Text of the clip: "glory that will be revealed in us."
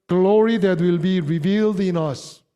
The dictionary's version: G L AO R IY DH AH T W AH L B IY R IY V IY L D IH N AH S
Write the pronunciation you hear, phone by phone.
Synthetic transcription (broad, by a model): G L AO R IY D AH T W AH L B IY R IY V IY L D IH N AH S